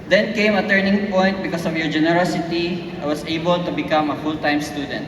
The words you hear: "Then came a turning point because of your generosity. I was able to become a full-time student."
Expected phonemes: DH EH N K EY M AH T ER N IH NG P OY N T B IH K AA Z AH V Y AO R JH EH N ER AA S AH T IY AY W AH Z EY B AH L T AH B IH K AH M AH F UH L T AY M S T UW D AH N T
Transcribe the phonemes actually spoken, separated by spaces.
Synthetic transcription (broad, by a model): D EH N K EY M AH T ER N IH NG P OY N T B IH K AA S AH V Y AO R JH EH N ER AA S AH T IY AY W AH S EY B AH L T AH B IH K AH M AH F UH L T AY M S T UW D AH N T